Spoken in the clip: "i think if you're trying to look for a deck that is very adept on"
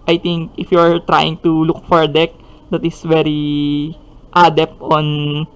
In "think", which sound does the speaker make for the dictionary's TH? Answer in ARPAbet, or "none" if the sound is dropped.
T